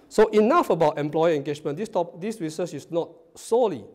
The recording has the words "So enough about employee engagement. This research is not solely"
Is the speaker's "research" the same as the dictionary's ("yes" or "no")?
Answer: no